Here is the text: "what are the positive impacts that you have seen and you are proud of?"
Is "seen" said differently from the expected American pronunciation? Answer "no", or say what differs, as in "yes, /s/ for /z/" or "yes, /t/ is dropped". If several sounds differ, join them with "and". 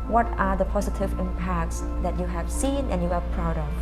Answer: no